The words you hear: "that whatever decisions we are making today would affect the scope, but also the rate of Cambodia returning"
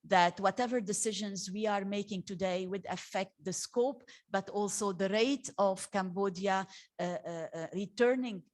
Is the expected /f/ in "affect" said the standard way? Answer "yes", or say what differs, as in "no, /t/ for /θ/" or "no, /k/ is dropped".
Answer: yes